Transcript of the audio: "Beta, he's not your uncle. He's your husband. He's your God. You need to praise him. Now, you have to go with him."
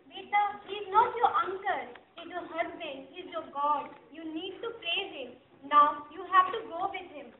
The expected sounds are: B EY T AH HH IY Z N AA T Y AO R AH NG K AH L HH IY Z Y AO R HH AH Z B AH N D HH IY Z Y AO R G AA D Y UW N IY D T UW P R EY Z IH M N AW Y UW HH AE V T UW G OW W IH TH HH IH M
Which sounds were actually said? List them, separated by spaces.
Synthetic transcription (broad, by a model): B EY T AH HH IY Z N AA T Y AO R AH NG K AH L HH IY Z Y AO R HH AH Z B AH N D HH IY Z Y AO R G AA D Y UW N IY D T UW P R EY Z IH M N AW Y UW HH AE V T UW G OW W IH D HH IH M